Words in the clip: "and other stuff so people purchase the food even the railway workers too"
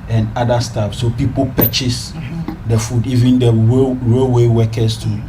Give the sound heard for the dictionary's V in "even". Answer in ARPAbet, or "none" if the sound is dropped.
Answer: V